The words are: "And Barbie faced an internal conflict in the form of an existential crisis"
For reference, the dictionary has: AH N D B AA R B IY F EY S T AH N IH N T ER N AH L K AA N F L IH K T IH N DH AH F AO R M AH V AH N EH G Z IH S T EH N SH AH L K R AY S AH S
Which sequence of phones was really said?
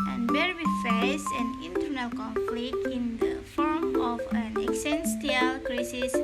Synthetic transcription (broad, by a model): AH N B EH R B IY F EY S AH N IH N T ER N AH L K AA N F L IH K T IH N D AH F AO R M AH F AH N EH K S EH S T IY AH L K R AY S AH S